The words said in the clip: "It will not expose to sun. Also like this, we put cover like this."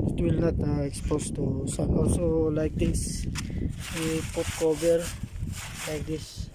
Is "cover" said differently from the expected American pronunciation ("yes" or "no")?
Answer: yes